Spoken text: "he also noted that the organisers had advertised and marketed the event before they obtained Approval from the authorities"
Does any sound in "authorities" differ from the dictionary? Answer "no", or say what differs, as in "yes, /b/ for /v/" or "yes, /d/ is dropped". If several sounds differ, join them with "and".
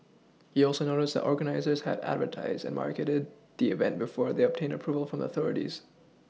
no